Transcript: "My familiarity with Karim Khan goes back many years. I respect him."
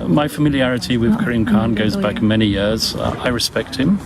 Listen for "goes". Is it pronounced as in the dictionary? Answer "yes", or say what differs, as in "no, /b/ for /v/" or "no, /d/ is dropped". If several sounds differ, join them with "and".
yes